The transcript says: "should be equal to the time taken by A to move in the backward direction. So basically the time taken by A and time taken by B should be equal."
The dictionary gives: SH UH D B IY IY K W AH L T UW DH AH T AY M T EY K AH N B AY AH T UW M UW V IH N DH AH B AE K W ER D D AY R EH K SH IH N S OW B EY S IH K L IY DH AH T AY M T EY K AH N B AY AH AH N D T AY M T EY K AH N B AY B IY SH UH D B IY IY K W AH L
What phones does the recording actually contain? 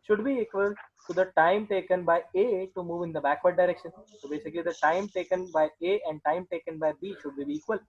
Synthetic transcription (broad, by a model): SH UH D B IY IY K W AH L T UW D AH T AY M T EY K AH N B AY AH T UW M UW V IH N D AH B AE K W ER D D AY R EH K SH IH N S OW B EY S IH K L IY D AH T AY M T EY K AH N B AY AH AH N D T AY M T EY K AH N B AY B IY SH UH D B IY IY K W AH L